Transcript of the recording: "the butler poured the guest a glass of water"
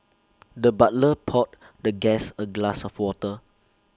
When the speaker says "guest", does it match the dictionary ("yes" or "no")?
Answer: no